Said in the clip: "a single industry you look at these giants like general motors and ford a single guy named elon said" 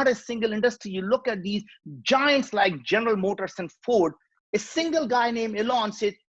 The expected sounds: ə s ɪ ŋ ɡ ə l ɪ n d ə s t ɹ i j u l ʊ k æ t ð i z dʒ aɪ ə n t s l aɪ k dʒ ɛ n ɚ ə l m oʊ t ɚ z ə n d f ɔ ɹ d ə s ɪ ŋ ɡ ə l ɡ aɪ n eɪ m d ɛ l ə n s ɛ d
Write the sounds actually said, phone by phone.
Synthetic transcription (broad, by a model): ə s ɪ ŋ ɡ ə l ɪ n d ə s t ɹ i j u l ʊ k æ t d i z dʒ aɪ ə n t s l aɪ k dʒ ɛ n ɚ ə l m oʊ t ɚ s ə n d f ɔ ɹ d ə s ɪ ŋ ɡ ə l ɡ aɪ n eɪ m ɛ l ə n s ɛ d